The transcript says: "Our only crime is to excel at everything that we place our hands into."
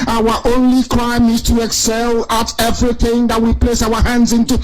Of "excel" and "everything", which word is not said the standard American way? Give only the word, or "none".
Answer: none